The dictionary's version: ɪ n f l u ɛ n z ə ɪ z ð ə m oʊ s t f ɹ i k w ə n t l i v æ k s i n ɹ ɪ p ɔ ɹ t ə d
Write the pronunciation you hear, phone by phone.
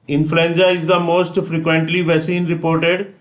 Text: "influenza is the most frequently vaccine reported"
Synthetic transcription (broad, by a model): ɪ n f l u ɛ n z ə ɪ z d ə m oʊ s t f ɹ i k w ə n t l i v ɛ s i n ɹ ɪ p ɔ ɹ t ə d